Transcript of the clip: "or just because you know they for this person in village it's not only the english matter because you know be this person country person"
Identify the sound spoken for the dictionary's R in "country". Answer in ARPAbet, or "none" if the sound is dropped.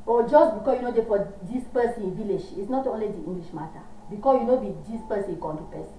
none